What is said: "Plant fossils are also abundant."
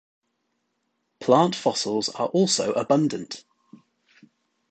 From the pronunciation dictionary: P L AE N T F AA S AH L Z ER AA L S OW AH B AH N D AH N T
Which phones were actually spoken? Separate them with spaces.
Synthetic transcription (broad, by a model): P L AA N T F AA S AH L Z ER AA L S OW AH B AH N D AH N T